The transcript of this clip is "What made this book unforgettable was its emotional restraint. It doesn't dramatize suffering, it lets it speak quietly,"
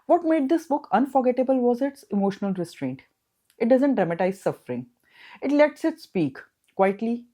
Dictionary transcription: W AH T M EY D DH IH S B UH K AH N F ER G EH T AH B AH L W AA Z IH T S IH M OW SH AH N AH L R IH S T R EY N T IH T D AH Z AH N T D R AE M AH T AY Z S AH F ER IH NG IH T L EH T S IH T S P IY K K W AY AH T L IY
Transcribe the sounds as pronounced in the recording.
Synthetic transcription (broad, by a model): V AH T M EY D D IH S B UH K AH N F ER G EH T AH B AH L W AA Z IH T S IH M OW SH AH N AH L R IH S T R EY N T IH T D AH Z AH N T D R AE M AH T AY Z S AH F ER IH NG IH T L EH T S IH T S P IY K K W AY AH T L IY